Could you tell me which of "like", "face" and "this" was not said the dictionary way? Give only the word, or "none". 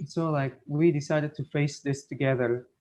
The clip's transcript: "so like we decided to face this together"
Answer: none